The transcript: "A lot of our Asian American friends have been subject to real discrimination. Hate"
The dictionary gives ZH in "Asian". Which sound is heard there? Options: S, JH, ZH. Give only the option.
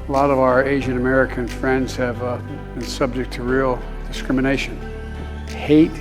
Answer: ZH